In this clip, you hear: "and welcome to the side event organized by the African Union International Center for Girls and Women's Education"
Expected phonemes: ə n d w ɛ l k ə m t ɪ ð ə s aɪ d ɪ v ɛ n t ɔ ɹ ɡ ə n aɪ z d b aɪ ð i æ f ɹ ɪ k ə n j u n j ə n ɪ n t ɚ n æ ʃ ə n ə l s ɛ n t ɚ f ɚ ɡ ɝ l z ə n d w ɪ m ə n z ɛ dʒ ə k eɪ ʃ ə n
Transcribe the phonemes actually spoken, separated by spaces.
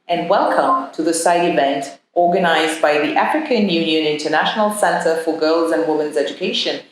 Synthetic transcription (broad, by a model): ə n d w ɛ l k ə m t ɪ ð ə s aɪ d ɪ v ɛ n t ɔ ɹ ɡ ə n aɪ z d b aɪ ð i æ f ɹ ɪ k ə n j u n j ə n ɪ n t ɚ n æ ʃ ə n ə l s ɛ n t ɚ f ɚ ɡ ɝ l z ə n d w ɪ m ə n z ɛ dʒ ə k eɪ ʃ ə n